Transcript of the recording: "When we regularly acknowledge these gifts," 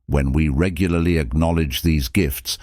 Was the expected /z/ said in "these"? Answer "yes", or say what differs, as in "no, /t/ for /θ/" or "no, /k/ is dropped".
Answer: yes